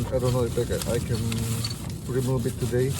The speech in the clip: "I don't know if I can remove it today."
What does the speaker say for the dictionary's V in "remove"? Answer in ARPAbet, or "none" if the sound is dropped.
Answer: B